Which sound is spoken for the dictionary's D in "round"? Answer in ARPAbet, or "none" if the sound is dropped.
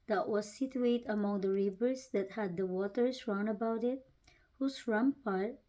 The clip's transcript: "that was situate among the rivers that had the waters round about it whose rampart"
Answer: none